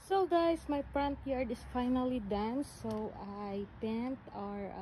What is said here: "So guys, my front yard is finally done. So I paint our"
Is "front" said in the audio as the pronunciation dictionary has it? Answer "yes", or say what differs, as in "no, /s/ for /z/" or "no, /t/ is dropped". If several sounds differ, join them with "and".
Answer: no, /p/ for /f/